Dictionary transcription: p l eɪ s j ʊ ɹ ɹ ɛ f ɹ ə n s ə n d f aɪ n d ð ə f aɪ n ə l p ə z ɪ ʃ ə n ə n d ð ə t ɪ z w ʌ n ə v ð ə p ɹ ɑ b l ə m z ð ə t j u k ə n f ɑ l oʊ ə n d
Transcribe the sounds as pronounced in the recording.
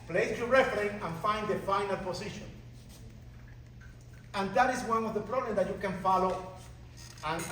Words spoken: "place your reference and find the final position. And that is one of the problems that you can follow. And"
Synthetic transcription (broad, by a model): p l eɪ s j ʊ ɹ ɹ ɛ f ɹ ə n ə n f aɪ n d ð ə f aɪ n ə l p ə s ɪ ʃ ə n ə n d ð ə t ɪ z w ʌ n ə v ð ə p ɹ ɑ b l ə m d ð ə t j u k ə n f ɑ l oʊ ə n